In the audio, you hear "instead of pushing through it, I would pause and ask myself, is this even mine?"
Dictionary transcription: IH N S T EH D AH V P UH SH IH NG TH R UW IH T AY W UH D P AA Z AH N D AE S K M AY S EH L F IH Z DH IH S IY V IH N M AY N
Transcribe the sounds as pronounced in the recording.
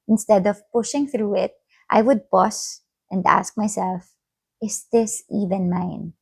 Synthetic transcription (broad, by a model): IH N S T EH D AH V P UH SH IH NG TH R UW IH T AY W UH D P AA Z AH N D AE S K M AY S EH L F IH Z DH IH S IY V IH N M AY N